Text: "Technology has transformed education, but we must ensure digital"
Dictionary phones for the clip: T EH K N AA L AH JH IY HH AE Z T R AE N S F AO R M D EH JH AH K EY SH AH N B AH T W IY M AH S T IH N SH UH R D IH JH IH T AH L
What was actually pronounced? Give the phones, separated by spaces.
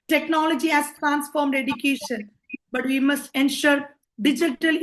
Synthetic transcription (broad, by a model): T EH K N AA L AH JH IY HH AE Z T R AE N S F AO R M D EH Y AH K EY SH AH N B AH T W IY M AH S T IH N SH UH R D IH JH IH T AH L